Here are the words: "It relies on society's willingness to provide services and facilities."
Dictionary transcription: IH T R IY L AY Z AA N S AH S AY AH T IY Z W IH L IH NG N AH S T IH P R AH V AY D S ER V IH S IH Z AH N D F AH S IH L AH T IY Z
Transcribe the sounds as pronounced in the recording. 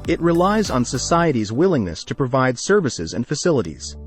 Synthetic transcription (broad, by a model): IH T R IY L AY Z N S AH S AY AH T IY Z W IH L IH NG N AH S T IH P R AH V AY D S ER V IH S IH Z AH N F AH S IH L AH T IY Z